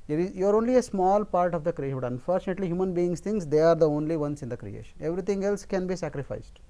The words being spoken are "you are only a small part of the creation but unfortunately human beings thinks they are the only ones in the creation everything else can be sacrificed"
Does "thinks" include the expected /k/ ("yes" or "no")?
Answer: no